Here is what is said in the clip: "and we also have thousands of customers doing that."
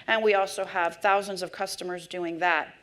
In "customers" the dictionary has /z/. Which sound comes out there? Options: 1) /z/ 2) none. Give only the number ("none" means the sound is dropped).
1